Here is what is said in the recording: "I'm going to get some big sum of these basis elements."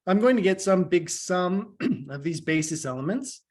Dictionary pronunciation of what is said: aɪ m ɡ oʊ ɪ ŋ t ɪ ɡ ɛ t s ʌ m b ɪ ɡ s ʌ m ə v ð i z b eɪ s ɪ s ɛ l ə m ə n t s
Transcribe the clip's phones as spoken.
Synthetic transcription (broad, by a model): aɪ m ɡ oʊ ɪ ŋ t ɪ ɡ ɛ t s ʌ m b ɪ ɡ s ʌ m ə v ð i z b eɪ s ɪ s ɛ l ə m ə n t s